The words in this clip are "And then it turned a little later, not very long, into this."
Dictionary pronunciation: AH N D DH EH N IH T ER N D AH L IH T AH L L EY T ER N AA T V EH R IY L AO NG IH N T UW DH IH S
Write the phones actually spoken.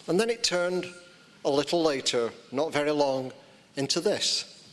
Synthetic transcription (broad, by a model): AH N DH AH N IH T ER N D AH L IH T L L EY T ER N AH T V EH R IY L AO NG IH N T UW DH IH S